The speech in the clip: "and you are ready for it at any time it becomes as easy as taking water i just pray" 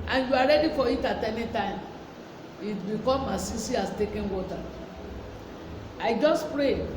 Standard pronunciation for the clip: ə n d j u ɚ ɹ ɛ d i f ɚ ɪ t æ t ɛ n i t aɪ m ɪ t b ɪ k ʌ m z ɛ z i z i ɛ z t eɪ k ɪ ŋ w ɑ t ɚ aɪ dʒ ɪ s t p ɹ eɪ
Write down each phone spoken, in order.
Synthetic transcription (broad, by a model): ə n j u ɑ ɹ ɛ d i f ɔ ɪ t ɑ t ɛ n i t aɪ m ɪ t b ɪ k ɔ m ɑ s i s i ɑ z t eɪ k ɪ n w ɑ t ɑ aɪ dʒ ɪ s t p ɹ eɪ